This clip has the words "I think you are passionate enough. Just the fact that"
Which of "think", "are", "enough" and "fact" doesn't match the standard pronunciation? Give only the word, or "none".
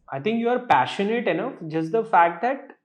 think